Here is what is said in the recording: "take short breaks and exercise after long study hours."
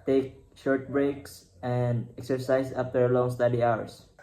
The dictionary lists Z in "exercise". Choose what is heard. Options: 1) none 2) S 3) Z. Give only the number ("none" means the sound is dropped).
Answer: 2